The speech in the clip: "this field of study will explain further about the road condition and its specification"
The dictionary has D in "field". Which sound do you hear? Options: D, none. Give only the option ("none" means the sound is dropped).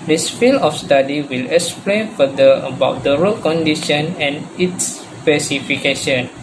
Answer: none